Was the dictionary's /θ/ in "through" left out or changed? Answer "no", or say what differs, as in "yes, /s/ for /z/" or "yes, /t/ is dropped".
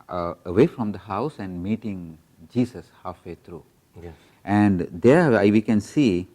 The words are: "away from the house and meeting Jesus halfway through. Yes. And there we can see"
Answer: yes, /t/ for /θ/